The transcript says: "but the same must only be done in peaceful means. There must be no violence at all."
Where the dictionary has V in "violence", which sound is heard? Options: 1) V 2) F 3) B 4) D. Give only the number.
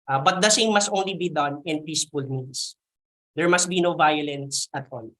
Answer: 1